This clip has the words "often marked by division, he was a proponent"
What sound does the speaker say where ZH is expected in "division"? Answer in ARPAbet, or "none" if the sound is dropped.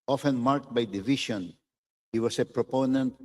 SH